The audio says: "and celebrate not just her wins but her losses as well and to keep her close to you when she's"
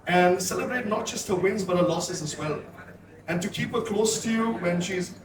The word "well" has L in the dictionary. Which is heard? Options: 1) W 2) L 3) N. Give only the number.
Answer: 2